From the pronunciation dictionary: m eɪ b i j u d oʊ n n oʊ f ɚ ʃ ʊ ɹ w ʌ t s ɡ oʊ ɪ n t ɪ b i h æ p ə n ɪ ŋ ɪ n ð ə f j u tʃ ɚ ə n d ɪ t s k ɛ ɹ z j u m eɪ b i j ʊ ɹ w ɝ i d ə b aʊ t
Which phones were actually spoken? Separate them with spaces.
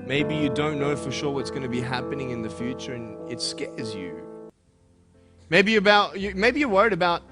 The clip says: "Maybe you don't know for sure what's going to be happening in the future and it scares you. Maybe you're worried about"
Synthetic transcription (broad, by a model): m eɪ b i j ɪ d oʊ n n oʊ f ɚ ʃ ʊ ɹ w ʌ t s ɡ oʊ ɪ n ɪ b i h æ p ə n ɪ ŋ ɪ n ð ə f j u tʃ ɚ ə n ɪ t s k ɛ ɹ z j u m eɪ b i j ʊ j w ɝ i d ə b aʊ t